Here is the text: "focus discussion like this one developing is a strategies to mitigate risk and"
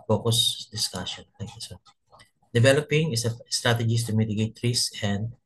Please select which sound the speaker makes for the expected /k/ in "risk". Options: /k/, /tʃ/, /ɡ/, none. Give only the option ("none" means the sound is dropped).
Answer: none